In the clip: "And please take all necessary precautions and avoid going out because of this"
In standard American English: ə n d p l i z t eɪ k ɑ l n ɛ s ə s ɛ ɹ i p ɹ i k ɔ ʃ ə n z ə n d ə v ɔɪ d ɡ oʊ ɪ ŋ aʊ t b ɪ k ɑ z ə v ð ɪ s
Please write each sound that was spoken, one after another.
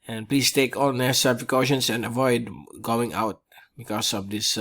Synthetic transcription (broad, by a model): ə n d p l i s t eɪ k ɑ l n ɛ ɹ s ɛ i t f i k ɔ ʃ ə n s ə n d ə v ɔɪ d ɡ oʊ ɪ ŋ aʊ t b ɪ k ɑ s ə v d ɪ s